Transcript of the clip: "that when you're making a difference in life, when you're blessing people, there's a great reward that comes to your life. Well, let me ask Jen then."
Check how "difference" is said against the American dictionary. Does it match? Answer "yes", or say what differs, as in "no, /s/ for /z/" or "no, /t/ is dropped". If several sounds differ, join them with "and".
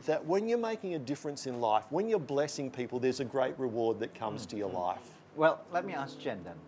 yes